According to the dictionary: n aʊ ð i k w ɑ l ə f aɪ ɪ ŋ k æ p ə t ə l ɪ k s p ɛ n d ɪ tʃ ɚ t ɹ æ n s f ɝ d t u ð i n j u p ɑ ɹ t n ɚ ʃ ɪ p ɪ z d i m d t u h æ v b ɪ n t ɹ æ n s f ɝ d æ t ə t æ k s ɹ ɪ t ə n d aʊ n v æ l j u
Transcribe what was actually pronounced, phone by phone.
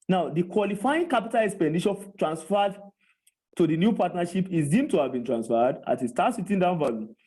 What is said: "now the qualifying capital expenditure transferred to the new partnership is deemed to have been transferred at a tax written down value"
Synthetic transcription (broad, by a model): n aʊ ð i k w ɑ l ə f aɪ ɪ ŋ k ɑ p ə t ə l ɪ k s p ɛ n d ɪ ʃ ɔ t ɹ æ n s f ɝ d t u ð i n j u p ɑ t n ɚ ʃ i p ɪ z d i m t u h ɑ v b ɪ n t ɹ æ n s f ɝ d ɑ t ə t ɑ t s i t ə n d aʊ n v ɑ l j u